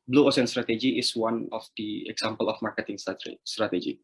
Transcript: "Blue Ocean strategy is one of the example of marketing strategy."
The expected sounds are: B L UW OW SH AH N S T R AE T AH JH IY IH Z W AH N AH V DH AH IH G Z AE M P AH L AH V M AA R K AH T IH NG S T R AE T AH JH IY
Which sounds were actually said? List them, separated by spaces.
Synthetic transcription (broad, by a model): B L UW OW S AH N S T R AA T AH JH IY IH S W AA N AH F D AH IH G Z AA M P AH L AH F M AA R K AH T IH NG S T R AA T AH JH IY